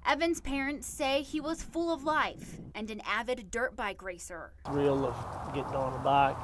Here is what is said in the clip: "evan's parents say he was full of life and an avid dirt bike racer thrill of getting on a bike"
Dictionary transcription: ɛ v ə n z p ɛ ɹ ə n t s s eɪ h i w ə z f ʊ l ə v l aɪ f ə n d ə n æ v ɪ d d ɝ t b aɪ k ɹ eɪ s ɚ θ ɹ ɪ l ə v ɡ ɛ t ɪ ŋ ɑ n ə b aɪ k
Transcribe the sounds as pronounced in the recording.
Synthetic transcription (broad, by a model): ɛ v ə n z p ɛ ɹ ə n t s s eɪ i w ə z f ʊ l ə v l aɪ f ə n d ə n æ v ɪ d d ɝ t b aɪ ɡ ɹ eɪ s ɚ s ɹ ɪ l ə v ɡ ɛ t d ɑ n ə b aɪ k